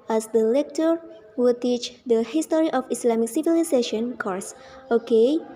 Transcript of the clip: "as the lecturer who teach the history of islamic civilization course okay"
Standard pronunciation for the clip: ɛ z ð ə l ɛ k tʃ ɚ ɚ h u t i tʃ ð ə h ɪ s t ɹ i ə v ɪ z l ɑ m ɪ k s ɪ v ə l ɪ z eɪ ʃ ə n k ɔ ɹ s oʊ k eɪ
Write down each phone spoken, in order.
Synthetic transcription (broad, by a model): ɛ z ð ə l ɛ k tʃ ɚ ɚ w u t i tʃ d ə h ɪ s t ɹ i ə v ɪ s l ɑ m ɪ k s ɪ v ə l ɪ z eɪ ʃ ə n k ɔ ɹ s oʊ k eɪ